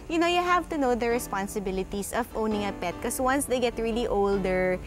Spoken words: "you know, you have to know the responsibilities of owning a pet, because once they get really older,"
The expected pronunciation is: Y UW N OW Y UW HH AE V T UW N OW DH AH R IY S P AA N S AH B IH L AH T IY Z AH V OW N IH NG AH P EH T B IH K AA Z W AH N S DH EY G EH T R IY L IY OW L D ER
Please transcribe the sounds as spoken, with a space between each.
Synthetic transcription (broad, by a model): Y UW N OW Y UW HH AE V T UW N OW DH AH R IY S P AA N S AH B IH L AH T IY S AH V OW N IH NG AH P EH T K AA S W AH N S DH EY G EH T R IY L IY OW L D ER